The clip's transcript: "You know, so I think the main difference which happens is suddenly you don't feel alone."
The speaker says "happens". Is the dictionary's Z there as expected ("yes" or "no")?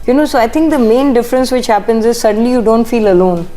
yes